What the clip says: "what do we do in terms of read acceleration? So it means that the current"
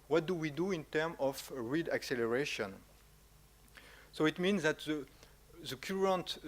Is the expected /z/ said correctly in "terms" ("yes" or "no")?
no